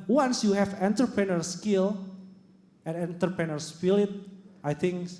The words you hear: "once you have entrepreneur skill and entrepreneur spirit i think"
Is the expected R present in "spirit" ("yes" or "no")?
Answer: no